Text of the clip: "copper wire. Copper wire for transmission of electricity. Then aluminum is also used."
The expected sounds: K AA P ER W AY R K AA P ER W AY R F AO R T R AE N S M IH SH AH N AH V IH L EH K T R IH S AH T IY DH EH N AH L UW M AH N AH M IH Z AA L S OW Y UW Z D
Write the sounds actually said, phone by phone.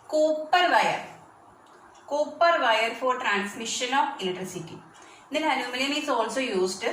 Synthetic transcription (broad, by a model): K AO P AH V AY R K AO P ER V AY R F AO R T R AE N S M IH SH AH N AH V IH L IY T R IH S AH T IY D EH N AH N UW M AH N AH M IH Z AA L S OW Y UW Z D